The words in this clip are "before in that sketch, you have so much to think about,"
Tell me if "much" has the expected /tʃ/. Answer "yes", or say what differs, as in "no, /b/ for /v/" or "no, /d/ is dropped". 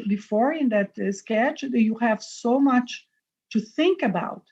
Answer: yes